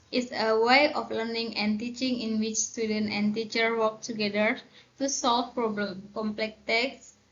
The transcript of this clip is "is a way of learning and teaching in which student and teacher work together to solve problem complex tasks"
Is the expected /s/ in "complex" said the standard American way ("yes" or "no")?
no